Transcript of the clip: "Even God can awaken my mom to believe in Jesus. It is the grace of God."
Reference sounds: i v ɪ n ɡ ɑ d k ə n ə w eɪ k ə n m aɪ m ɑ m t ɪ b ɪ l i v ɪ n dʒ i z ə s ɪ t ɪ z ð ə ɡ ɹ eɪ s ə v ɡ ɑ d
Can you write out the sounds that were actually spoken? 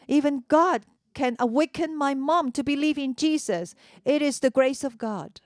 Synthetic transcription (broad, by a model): i v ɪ n ɡ ɑ d k ə n ə w eɪ k ə n m aɪ m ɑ m t ɪ b ɪ l i v ɪ n dʒ i z ə s ɪ t ɪ z ð ə ɡ ɹ eɪ s ə v ɡ ɑ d